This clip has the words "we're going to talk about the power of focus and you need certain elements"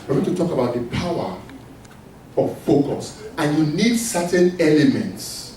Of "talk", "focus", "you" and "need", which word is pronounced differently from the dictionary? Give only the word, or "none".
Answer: none